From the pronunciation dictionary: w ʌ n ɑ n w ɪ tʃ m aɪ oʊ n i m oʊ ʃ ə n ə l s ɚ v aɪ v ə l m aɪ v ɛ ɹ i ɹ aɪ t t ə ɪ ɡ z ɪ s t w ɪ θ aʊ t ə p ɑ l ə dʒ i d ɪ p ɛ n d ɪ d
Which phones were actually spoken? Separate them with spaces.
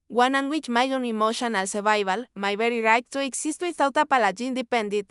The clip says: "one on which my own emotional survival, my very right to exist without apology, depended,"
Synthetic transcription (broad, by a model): w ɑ n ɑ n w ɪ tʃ m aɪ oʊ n i m oʊ ʃ ə n ə l s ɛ b aɪ b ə l m aɪ b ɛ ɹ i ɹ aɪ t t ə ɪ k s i s t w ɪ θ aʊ t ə p ɑ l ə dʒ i d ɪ p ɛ n d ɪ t